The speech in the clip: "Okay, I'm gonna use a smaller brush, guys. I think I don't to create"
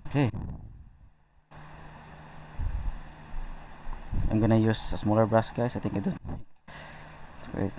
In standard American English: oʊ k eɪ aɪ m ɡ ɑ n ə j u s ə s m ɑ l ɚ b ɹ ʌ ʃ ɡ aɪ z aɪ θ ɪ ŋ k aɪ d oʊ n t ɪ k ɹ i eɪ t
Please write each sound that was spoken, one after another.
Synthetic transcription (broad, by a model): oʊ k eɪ aɪ m ɡ ɑ n ə j u s ə s m ɑ l ɚ b ɹ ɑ s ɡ aɪ s aɪ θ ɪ ŋ k aɪ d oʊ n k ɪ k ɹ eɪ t